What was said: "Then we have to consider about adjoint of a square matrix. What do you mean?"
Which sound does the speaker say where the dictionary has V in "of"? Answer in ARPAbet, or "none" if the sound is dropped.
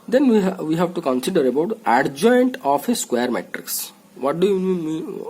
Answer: P